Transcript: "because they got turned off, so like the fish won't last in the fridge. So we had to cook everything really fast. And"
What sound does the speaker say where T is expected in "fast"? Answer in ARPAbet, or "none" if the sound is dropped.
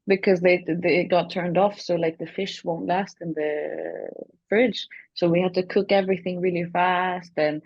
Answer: T